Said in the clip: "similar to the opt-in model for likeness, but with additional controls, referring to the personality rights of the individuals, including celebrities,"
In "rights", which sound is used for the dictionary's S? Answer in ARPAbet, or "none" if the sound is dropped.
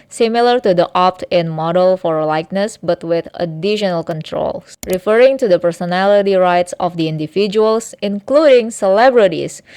S